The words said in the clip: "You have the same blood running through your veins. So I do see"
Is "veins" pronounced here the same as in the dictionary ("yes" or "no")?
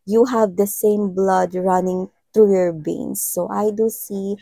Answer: no